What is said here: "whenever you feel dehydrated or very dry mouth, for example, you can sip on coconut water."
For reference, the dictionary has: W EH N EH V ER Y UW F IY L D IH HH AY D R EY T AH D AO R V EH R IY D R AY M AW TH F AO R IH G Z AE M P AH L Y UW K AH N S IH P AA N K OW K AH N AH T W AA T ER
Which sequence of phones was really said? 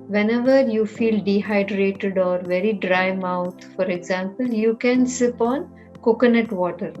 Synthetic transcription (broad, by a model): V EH N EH V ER Y UW F IY L D IH HH AY D R EY T AH D AO R V EH R IY D R AY M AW T F AO R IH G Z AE M P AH L Y UW K AH N S IH P AA N K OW K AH N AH T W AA T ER